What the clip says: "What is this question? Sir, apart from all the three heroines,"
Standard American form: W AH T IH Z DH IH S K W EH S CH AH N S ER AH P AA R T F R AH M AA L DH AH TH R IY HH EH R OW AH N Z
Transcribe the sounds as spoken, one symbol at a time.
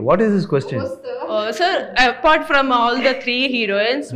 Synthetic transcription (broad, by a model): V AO T IH Z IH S K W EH S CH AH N S ER AH P AA R T F R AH M AA L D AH T R IY HH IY R OW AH N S